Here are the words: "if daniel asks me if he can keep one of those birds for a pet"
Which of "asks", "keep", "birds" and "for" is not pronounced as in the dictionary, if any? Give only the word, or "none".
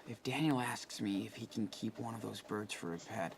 none